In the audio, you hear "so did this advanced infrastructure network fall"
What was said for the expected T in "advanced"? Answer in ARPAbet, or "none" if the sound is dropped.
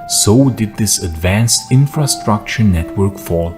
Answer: T